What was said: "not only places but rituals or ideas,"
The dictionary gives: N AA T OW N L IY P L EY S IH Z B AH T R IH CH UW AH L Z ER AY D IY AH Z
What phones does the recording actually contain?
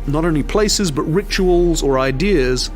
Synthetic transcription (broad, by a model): N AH T OW N L IY P L EY S IH Z B AH T R IH CH UW AH L Z ER AY D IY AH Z